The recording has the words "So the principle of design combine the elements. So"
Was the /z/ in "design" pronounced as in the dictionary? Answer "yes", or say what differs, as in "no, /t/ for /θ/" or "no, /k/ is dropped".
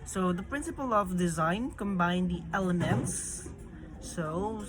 yes